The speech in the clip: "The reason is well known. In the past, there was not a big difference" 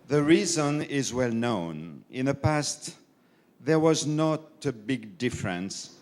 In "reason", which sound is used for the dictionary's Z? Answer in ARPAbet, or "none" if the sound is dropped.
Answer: Z